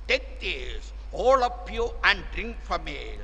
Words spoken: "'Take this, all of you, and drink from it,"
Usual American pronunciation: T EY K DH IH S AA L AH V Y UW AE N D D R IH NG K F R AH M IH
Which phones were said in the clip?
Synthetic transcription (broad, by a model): T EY K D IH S AA L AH P Y UW AE N D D R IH NG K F R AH M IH